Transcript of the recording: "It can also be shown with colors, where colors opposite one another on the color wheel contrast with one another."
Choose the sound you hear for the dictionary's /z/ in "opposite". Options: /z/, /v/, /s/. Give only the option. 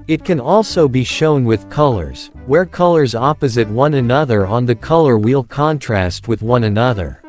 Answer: /z/